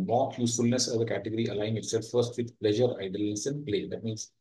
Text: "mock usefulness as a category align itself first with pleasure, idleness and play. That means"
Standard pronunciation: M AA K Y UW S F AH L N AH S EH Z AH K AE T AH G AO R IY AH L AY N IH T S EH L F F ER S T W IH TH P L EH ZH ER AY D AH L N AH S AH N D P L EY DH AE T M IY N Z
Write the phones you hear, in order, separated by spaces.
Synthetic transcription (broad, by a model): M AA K Y UW S F AH L N AH S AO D AH K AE T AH G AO R IY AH L AY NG IH T S EH L F F ER S T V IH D P L EH ZH ER AY D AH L AH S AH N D P L EY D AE T M IY N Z